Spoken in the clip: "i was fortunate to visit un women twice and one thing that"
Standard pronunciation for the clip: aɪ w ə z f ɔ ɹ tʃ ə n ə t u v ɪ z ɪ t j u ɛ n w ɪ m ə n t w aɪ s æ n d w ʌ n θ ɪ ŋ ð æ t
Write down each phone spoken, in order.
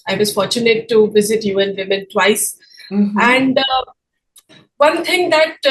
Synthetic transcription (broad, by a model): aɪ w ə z f ɔ ɹ tʃ ə n ə t u v ɪ z ɪ t j u ɛ n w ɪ m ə n t w aɪ s æ n d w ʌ n t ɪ ŋ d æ t